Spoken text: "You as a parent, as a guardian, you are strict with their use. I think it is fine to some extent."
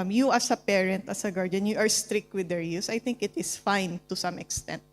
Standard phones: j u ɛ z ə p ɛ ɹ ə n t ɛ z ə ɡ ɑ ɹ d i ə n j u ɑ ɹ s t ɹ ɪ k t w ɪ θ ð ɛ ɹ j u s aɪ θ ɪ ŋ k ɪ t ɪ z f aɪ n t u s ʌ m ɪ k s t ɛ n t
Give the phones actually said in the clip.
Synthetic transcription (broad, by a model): j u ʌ s ə p ɛ ɹ ə n t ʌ s ə ɡ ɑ ɹ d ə n j u ɑ ɹ s t ɹ ɪ k t w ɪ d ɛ ɹ j u s aɪ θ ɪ ŋ k ɪ t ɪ s f aɪ n t u s ʌ m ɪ k s t ɛ n t